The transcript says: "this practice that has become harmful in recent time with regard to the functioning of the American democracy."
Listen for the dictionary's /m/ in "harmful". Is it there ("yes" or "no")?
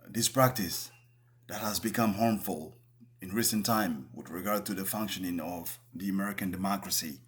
yes